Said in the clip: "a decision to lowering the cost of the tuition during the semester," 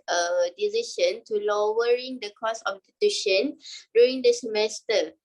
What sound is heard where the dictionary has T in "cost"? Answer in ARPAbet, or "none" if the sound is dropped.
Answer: none